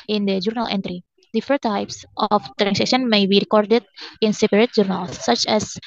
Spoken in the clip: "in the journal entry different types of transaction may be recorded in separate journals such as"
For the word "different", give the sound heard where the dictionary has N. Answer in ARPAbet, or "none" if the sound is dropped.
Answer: none